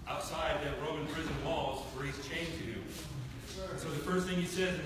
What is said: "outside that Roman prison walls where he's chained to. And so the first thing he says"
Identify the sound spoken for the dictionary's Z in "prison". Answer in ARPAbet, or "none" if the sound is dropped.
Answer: Z